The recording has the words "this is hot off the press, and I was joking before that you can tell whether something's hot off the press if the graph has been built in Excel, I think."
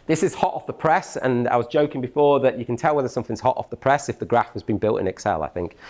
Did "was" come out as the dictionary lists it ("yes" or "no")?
yes